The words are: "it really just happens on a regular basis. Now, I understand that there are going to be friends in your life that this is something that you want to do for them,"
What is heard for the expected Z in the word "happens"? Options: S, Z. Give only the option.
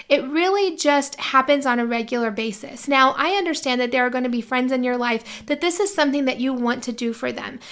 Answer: Z